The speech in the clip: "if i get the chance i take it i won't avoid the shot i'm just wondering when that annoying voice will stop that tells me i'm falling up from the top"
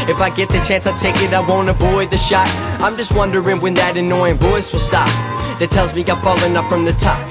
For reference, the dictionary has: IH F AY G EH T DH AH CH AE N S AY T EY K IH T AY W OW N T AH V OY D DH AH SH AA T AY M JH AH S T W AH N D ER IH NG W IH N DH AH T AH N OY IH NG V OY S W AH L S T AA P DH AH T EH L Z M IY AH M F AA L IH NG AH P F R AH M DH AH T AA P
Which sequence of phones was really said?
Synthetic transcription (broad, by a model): IH F AY G EH T DH AH CH AE N S AY T EY K IH T AY W OW N T AH V OY D DH AH SH AA T AY M JH AH S T W AH N D ER IH NG W IH N DH AH T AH N OY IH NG V OY S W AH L S T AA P DH AH T EH L Z M IY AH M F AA L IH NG AH P F R AH M DH AH T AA P